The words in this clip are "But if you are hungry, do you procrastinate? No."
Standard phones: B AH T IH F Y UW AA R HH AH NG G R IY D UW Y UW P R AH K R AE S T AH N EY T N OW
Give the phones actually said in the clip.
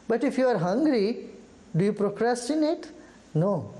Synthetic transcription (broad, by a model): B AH T IH F Y UW AA R HH AH NG G R IY D UW Y UW P R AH K R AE S T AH N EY T N OW